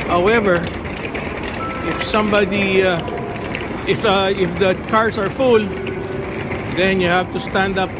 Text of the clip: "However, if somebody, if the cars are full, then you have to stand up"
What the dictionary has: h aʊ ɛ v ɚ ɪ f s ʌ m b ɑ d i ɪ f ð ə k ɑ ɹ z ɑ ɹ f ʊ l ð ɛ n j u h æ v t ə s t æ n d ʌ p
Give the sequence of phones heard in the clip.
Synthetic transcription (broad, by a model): h aʊ ɛ v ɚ ɪ f s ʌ m b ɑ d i ɪ f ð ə k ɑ ɹ s ɑ ɹ f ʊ l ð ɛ n j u h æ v t ə s t æ n d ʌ p